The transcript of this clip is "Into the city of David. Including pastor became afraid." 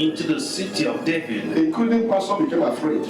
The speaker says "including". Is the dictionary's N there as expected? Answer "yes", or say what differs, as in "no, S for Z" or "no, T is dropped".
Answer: no, N is dropped